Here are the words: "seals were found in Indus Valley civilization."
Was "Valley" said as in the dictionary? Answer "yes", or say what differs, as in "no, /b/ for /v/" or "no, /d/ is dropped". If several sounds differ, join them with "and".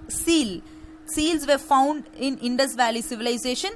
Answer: yes